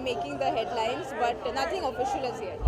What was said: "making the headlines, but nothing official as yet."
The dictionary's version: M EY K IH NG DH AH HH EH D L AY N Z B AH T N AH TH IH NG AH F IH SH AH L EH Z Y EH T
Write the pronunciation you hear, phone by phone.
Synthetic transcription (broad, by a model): M EY K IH NG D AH HH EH D L AY N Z B AH T N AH T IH NG AH F IH SH AH L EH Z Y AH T